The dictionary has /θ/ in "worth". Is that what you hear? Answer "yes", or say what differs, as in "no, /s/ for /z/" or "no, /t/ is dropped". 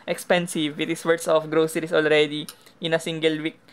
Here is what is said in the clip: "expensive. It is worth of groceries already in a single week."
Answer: no, /s/ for /θ/